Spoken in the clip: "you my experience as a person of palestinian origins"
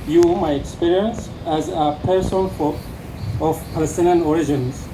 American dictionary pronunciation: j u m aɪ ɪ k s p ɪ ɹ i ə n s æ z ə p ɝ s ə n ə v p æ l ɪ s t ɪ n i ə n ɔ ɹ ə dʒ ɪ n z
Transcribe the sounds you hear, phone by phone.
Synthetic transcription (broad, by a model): j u m aɪ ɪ k s p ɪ ɹ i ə n s æ z ə p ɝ s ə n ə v p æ l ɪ s t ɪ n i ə n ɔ ɹ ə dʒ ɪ n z